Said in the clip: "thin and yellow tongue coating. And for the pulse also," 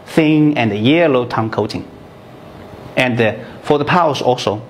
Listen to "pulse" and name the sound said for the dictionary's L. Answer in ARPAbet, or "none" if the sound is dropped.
none